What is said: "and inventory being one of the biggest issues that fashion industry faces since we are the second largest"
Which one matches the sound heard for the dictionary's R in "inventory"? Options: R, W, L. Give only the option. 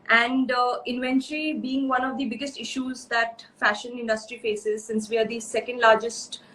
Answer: L